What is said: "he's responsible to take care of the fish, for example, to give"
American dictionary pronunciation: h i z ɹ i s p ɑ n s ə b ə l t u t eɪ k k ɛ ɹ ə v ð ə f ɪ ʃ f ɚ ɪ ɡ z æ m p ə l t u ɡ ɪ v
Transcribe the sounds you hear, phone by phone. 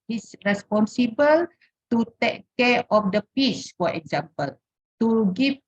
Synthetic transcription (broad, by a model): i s ɹ i s p ɑ n s ə b ə l t u t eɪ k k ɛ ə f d ə p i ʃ f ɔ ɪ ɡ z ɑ m p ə l t u ɡ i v